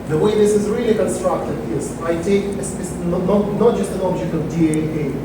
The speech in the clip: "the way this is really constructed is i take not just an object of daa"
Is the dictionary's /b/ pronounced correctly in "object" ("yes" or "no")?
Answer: yes